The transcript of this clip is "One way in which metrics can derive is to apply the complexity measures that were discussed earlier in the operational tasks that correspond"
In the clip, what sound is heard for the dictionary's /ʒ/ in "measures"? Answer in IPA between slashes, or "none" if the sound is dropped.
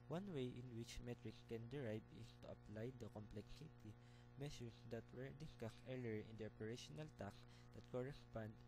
/s/